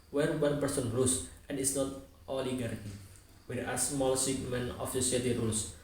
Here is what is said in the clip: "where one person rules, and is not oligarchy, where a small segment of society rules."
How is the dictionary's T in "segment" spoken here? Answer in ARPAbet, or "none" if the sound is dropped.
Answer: none